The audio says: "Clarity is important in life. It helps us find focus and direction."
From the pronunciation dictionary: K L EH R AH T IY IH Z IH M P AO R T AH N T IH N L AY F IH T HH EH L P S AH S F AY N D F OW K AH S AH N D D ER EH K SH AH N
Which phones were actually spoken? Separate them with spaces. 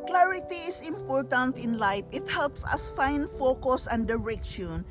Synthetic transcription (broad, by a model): K L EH R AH T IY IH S IH M P AO R T AH N T IH N L AY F IH T HH EH L P S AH S F AY N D F OW K AH S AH N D D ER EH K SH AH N